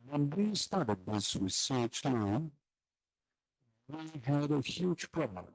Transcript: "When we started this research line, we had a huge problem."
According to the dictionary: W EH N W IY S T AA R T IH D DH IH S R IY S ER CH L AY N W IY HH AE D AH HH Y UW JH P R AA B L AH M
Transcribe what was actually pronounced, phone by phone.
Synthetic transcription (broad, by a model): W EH N W IY S T AA R T IH D DH IH S W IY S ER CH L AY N W IY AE D AH HH Y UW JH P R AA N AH